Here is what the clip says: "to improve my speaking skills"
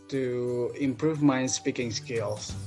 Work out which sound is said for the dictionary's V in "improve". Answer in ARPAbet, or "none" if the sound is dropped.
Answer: V